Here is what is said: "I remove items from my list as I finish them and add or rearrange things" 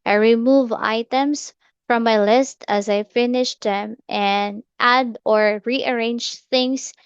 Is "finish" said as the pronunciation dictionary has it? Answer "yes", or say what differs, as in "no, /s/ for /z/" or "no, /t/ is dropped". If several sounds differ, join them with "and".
yes